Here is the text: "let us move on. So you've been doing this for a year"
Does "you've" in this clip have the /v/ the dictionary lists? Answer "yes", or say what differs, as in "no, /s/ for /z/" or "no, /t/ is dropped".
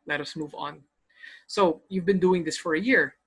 yes